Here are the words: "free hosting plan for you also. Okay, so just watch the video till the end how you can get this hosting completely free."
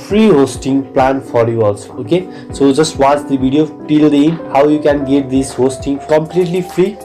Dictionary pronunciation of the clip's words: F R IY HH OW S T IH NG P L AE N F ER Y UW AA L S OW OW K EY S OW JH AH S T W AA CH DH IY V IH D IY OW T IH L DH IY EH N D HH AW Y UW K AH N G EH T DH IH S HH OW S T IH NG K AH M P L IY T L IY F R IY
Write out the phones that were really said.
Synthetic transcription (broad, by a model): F R IY HH OW S T IH NG P L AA N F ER Y UW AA L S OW OW K EY S OW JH AH S T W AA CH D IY B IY D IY OW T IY L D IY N HH AW Y UW K AH N G EH T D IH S HH OW S T IH NG K AH M P L IY T L IY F R IY